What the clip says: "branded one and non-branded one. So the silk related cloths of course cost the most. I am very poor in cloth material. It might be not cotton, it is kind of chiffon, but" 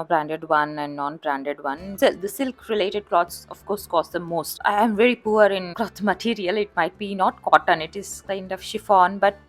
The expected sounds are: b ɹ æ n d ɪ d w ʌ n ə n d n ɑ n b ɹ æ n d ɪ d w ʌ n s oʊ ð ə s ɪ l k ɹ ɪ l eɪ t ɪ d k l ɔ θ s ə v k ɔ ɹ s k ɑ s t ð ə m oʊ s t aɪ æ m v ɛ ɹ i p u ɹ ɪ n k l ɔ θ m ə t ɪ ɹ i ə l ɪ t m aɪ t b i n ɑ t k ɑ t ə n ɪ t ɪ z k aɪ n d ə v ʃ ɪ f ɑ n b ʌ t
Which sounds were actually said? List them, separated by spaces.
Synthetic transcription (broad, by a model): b ɹ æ n d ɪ d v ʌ n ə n d n ɑ n b ɹ æ n d ɪ d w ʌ n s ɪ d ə s ɪ l k ɹ ɪ l eɪ t ɪ d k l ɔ t s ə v k ɔ ɹ s k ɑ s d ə m oʊ s t aɪ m v ɛ ɹ i p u ɹ ɪ n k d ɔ t m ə t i ɹ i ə l ɪ t m aɪ t b i n ɑ t k ɑ t ə n ɪ t ɪ z k aɪ n d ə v ʃ ɪ f ɑ n b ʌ t